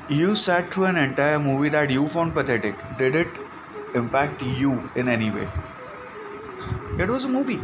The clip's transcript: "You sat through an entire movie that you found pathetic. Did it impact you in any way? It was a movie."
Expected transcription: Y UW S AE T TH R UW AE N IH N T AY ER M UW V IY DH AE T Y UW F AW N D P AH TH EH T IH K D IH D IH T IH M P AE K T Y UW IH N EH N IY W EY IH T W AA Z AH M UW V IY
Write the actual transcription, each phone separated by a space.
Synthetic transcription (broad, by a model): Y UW S AE T T R UW AE N IH N T AY ER M UW V IY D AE T Y UW F AW N D P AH T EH T IH K D IH D IH T IH M P AE K T Y UW IH N EH N IY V EY IH T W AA Z AH M UW V IY